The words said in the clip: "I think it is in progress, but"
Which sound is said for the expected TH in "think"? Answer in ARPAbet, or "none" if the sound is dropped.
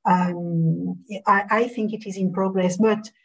TH